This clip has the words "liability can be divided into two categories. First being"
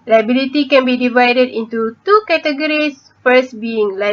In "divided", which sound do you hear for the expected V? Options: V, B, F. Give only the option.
V